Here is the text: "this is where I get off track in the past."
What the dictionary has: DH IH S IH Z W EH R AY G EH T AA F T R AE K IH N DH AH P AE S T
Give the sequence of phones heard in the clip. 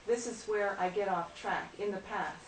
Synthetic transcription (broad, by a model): DH IH S IH Z W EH R AY G EH T AA F T R AE K IH N DH AH P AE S